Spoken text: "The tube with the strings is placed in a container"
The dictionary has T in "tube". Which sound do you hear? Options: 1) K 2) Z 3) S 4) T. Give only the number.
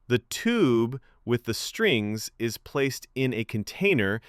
4